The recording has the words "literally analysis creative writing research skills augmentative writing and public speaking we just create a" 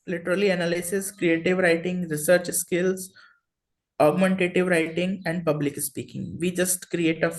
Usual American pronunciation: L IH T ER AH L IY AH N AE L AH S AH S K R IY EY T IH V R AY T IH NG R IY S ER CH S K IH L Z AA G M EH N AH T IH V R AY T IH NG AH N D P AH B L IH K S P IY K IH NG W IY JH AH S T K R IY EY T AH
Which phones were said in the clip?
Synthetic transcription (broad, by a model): L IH T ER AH L IY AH N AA L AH S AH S K R IY EY T IH V R AY T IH NG R IY S ER CH S K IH L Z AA G M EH N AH T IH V R AY T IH NG AH N D P AH B L IH K S P IY K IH NG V IY JH AH S T K R IY EY T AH